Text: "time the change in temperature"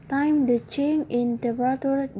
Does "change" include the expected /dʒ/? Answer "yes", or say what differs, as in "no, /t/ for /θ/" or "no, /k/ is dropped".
no, /dʒ/ is dropped